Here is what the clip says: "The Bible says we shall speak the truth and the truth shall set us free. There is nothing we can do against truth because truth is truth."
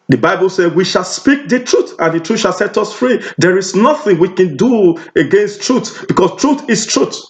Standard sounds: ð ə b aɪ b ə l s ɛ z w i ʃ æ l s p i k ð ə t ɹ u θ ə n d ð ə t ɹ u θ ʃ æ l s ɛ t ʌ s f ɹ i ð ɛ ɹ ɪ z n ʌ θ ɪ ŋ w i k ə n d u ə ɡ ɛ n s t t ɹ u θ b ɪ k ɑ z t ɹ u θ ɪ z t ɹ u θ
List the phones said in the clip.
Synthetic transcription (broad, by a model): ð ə b aɪ b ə l s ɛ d w i ʃ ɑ l s p i k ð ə t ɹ u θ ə n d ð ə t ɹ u ʃ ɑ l s ɛ t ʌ s f ɹ i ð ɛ ɹ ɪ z n ʌ θ ɪ ŋ w i k ə n d u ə ɡ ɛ n s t t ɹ u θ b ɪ k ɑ s t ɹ u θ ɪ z t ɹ u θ